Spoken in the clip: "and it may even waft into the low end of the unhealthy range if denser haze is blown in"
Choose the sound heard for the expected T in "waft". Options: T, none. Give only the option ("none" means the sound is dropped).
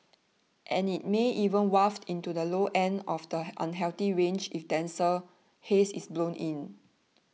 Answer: T